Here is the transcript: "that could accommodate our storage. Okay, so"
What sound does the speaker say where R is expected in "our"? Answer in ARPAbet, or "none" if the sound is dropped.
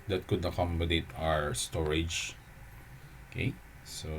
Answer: R